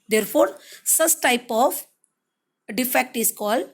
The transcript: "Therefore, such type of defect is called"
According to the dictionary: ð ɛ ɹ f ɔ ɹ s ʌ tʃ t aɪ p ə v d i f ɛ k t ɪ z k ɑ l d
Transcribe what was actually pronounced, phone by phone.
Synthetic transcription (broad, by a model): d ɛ ɹ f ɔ ɹ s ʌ s t aɪ p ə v d i f ɛ k t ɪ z k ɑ l d